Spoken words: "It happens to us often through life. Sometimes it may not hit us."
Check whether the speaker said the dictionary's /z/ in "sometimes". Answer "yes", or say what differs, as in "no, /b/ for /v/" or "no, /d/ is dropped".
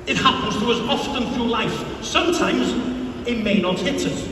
yes